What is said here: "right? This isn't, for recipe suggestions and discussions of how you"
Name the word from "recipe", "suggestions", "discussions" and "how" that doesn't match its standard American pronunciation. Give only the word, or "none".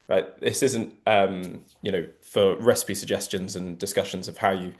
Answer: none